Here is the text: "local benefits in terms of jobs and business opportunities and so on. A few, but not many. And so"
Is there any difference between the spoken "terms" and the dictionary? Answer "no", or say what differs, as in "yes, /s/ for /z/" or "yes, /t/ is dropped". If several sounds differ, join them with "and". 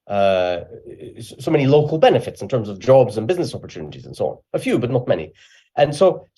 no